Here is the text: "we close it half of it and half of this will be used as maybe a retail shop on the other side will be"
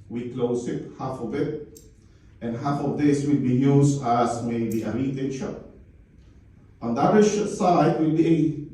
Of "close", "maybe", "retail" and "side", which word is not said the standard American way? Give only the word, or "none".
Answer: retail